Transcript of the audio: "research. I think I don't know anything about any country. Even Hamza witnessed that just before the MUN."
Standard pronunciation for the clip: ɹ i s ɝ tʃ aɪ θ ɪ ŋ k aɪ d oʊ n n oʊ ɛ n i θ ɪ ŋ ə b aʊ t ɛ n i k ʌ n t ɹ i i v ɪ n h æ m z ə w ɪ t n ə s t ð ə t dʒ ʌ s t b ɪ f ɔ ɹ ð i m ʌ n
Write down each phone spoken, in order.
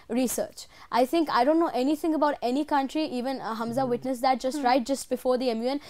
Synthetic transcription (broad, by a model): ɹ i s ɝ tʃ aɪ t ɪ ŋ k aɪ d oʊ n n oʊ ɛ n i t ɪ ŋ ə b aʊ t ɛ n i k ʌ n t ɹ i i v ɪ n h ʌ m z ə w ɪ t n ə s t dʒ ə t dʒ ʌ s t b ɪ f ɔ ɹ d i m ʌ n